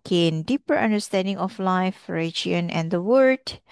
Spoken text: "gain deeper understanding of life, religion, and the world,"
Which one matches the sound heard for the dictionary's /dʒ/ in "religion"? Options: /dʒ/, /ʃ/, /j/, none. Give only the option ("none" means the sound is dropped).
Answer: none